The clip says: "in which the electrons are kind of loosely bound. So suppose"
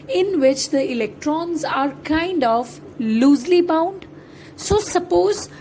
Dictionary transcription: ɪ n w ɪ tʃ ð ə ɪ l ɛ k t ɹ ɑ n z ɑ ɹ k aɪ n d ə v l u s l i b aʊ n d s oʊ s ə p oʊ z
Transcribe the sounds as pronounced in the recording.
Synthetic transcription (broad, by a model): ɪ n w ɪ tʃ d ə ɪ l ɛ k t ɹ ɑ n z ɑ ɹ k aɪ n d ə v l u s l i b aʊ n d s oʊ s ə p oʊ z